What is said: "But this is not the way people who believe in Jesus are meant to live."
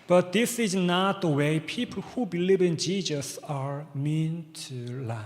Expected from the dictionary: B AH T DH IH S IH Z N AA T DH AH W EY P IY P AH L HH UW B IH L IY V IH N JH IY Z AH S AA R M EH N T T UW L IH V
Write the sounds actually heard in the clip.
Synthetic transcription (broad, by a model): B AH T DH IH S IH Z N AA T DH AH W EY P IY P AH L HH UW B IH L IY V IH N JH IY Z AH S AA R M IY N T T UW L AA